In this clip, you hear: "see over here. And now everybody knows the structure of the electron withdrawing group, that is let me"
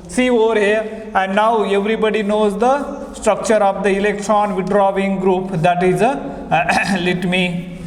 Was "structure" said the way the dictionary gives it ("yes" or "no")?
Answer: yes